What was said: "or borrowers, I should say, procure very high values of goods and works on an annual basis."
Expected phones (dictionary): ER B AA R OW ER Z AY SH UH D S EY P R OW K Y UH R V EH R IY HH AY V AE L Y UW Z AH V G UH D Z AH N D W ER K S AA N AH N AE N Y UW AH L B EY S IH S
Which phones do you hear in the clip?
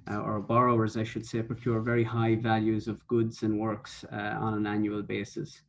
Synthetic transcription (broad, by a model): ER B AA R OW ER Z AY SH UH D S EY P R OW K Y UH R V EH R IY HH AY V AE L Y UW Z AH V G UH D Z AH N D W ER K S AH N AH N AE N Y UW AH L B EY S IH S